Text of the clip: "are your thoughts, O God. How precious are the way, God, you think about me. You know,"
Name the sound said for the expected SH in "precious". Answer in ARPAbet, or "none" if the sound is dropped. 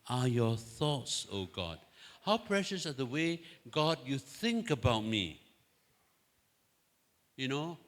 SH